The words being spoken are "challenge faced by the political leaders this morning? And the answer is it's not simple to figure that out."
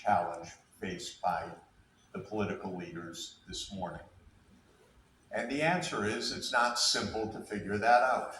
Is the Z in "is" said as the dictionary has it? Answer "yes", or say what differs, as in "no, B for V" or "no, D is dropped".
yes